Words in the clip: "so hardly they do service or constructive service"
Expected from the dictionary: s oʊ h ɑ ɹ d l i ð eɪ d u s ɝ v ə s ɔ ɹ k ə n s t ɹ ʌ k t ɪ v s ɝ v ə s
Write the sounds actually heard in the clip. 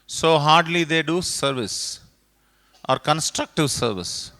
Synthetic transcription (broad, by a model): s oʊ h ɑ ɹ d l i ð eɪ d u s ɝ v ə s ɔ ɹ k ə n s t ɹ ʌ k t ɪ v s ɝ v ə s